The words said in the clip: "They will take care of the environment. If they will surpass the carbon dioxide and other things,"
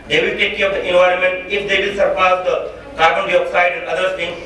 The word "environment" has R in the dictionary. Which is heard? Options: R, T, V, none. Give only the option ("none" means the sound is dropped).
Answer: R